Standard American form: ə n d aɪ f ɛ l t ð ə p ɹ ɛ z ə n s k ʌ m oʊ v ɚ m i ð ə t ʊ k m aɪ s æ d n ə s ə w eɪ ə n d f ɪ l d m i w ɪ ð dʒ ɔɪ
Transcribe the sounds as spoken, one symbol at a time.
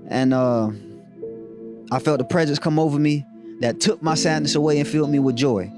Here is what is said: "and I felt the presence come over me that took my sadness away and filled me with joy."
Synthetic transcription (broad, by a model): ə n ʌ aɪ f ɛ l t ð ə p ɹ ɛ z ə n s k ʌ m oʊ v ɚ m i ð ə t ʊ k m aɪ s æ d n ə s ə w eɪ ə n f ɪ l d m i w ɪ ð dʒ ɔɪ